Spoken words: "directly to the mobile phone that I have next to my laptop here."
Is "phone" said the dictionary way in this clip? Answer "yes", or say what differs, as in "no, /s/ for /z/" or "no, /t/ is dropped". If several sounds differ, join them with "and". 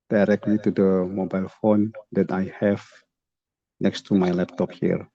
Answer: yes